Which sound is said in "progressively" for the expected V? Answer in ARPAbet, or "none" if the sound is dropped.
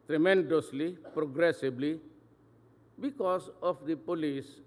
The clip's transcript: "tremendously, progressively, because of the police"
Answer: B